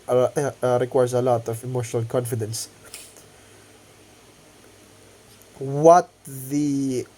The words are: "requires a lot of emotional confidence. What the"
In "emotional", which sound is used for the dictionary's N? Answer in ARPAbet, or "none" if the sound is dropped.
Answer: N